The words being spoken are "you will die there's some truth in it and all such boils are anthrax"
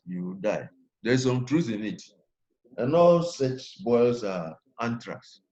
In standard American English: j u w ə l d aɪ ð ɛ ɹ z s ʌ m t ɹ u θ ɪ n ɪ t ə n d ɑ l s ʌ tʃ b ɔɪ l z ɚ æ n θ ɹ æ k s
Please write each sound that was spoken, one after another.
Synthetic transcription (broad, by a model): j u w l d aɪ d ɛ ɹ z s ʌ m t ɹ u θ ɪ n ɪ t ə n ɑ l s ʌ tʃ b ɔɪ l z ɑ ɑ n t ɹ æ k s